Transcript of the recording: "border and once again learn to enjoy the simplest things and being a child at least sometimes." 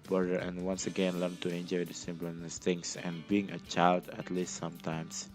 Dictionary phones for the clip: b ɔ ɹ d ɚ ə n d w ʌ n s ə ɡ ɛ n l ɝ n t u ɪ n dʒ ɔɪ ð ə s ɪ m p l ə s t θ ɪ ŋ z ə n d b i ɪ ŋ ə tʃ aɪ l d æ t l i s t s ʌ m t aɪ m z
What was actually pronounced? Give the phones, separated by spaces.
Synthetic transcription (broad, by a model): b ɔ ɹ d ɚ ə n w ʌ n s ə ɡ ɛ n l ɝ n t u ɪ n dʒ ɔɪ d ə s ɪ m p n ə s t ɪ ŋ s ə n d b i ɪ ŋ ə tʃ aɪ l d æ t l i s t s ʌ m t aɪ m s